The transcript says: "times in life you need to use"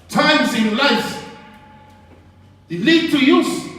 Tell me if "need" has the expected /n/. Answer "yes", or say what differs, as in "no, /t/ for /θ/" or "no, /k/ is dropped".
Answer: no, /l/ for /n/